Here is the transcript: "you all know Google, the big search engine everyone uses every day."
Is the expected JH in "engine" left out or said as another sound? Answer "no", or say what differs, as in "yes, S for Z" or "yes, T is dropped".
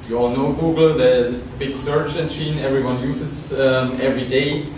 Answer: yes, CH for JH